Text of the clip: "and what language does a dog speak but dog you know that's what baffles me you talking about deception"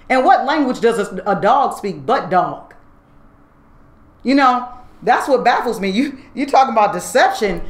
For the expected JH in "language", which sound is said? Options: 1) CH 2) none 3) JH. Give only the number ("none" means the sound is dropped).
3